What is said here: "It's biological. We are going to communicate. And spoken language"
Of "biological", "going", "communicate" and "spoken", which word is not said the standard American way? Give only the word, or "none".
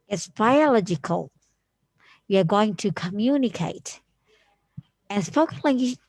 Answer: spoken